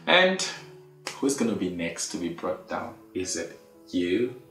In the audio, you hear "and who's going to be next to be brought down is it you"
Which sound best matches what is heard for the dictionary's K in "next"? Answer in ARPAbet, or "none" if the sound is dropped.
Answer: K